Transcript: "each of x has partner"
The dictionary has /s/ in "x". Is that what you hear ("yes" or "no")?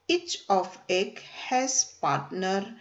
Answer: no